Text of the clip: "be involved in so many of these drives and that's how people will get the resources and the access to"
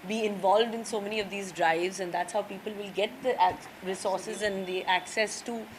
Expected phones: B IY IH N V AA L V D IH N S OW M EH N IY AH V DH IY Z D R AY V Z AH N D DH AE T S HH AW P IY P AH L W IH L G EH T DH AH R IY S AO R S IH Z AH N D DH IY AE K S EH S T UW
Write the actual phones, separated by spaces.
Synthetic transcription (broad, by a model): B IY IH N V AA L V D IH N S OW M EH N IY AH V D IY Z D R AY V Z AH N D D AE T S HH AW P IY P AH L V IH L G EH T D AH R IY S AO R S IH Z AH N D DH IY AE K S EH S T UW